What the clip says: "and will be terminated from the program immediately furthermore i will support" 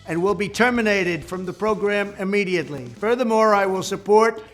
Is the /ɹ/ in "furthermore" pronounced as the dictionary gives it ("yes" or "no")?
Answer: yes